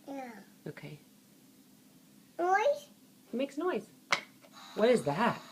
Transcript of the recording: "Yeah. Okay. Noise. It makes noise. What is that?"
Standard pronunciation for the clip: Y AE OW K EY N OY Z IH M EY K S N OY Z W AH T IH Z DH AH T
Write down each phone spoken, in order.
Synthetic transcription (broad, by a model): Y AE OW K EY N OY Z IH M EY K S N OY Z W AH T IH Z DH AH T